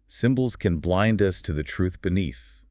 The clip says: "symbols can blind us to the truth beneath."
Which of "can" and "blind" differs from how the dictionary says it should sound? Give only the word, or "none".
none